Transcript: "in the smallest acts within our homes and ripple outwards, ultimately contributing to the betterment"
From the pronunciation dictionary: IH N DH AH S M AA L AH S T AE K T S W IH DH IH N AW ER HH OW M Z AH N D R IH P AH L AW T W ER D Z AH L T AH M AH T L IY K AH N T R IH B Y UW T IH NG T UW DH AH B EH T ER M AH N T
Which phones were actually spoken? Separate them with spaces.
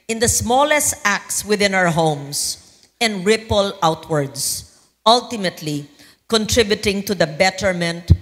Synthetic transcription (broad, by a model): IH N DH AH S M AA L AH S T AE K T S W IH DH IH N AW ER HH OW M S AH N D R IH P AH L AW T W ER D S AH L T AH M AH T L IY K AH N T R IH B Y UW T IH NG T UW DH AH B EH T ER M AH N T